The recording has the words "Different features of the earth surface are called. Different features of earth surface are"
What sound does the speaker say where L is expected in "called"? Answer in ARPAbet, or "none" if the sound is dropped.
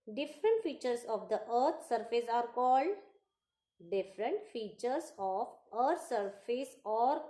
L